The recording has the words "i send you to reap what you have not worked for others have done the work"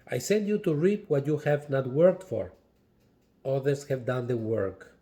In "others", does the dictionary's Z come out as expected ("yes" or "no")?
no